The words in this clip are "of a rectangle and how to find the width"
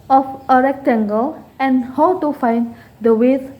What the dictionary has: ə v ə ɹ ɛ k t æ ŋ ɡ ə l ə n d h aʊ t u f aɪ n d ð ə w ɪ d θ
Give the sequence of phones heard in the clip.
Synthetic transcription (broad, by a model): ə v ə ɹ ɛ k t æ ŋ ɡ ə l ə n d h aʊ t u f aɪ n d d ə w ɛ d